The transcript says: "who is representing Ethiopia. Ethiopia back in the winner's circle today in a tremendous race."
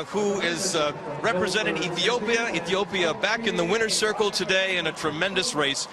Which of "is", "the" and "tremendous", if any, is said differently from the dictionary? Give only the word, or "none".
none